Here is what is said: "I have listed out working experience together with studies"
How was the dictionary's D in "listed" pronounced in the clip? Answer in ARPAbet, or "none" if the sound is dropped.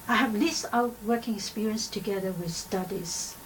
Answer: none